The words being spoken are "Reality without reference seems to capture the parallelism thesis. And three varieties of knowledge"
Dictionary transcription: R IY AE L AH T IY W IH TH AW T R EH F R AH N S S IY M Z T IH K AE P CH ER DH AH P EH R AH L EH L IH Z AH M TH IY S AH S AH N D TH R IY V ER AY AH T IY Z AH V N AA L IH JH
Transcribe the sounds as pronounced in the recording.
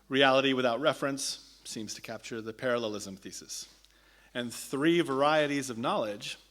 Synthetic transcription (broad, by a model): R IY AE L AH T IY W IH TH AW T R EH F R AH N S S IY M Z T IH K AE P CH ER DH AH P EH R AH L EH L IH Z AH M TH IY S AH S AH N TH R IY V ER AY AH T IY Z AH V N AA L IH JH